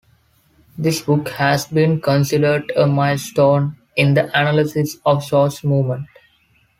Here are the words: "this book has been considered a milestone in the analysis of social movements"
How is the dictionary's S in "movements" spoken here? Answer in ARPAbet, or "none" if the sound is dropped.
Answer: none